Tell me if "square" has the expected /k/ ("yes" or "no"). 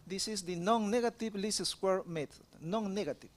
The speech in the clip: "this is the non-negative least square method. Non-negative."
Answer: yes